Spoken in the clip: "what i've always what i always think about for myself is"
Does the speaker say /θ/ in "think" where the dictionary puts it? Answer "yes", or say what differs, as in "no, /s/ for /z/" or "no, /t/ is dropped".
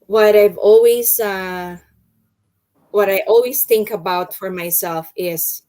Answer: yes